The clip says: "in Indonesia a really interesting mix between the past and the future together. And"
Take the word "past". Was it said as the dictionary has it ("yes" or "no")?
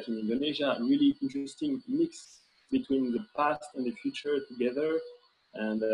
yes